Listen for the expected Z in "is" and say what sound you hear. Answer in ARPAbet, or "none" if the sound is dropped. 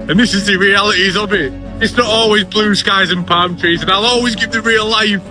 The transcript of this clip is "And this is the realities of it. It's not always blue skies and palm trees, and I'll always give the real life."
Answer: Z